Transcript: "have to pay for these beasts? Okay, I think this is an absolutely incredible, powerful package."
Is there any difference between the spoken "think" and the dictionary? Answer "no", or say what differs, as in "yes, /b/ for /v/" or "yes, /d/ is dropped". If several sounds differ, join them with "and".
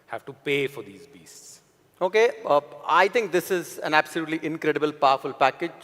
yes, /t/ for /θ/